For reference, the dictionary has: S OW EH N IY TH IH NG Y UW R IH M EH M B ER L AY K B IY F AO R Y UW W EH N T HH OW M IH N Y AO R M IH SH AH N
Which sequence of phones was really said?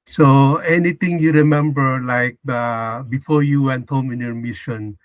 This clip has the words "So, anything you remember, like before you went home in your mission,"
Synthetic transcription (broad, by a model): S OW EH N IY T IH NG Y UW R IH M EH M B ER L AY K B IY F AO R Y UW W EH N T HH OW M IH N Y AO R M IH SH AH N